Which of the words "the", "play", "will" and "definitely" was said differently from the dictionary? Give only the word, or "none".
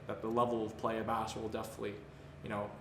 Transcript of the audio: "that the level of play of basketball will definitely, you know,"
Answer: none